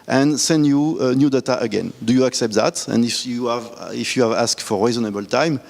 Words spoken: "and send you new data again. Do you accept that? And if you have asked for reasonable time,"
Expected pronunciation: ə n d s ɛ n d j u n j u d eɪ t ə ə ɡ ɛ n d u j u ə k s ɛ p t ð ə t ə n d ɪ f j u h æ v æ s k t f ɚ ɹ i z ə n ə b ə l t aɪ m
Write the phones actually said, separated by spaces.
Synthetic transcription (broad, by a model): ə n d s ɛ n d j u n j u d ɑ t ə ə ɡ ɛ n d u j u ə k s ɛ p t ð ə t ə n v ɪ f j u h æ v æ s k t f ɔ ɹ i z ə n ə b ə l t aɪ m